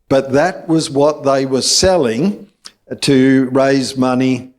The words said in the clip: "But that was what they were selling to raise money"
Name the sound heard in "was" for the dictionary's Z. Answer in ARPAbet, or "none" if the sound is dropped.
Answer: Z